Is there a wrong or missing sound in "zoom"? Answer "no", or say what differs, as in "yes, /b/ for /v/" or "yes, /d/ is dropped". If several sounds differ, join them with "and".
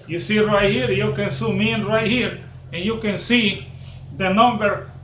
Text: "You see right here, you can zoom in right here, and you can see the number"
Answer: yes, /s/ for /z/